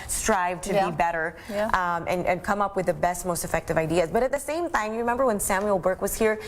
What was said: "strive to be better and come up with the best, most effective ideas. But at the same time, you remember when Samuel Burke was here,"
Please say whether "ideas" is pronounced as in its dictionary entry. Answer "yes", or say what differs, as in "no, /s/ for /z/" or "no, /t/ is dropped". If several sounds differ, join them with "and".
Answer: yes